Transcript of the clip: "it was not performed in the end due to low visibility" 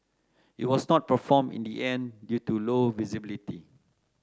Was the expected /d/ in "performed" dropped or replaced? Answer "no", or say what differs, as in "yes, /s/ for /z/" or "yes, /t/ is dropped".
yes, /d/ is dropped